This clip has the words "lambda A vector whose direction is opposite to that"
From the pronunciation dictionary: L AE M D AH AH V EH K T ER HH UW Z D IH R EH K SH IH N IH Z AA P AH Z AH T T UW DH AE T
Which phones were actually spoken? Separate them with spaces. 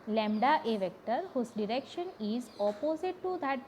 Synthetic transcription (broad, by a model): L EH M D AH AH V EH K T ER HH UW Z D IH R EH K SH IH N IH Z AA P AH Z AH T T UW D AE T